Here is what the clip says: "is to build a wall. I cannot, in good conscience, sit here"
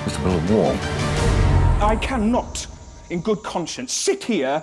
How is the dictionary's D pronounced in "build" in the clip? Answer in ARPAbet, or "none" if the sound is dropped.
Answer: none